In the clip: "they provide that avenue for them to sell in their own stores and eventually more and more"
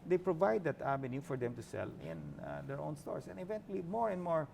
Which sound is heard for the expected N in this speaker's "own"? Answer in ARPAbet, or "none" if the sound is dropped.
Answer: N